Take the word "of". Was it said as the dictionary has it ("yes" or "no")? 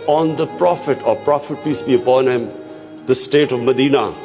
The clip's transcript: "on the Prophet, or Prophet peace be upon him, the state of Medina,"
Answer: yes